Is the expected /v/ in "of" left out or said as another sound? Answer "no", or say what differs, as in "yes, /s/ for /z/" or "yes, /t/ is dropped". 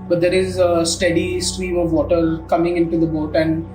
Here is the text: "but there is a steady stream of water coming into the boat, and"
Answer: no